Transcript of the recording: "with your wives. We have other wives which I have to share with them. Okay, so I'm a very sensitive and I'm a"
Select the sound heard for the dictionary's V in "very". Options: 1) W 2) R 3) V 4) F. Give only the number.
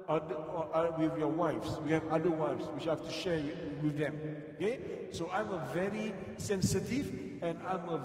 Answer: 3